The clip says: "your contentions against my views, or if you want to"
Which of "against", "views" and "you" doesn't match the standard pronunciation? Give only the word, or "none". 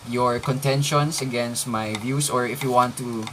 views